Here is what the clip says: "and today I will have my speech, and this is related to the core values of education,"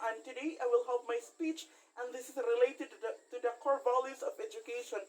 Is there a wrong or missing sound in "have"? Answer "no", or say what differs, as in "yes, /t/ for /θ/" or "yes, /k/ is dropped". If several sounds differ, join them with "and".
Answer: yes, /p/ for /v/